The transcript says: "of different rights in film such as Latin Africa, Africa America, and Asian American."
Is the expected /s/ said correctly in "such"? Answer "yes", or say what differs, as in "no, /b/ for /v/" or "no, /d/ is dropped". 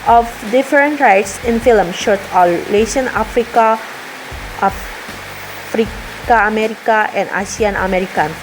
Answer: no, /ʃ/ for /s/